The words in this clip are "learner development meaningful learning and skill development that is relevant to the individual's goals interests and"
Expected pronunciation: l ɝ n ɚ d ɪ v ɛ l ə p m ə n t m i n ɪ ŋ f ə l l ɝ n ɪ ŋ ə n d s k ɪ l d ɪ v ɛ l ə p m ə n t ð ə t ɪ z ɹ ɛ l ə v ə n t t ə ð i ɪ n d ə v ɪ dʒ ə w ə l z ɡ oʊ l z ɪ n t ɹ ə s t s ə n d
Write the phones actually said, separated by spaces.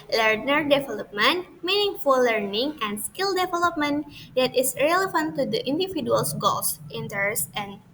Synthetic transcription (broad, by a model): l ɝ n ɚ d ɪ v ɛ l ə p m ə n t m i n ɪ ŋ f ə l l ɝ n ɪ ŋ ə n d s k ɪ l d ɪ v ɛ l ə p m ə n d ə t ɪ s ɹ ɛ l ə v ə n t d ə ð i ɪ n d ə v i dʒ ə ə l s ɡ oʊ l s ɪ n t ə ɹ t s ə n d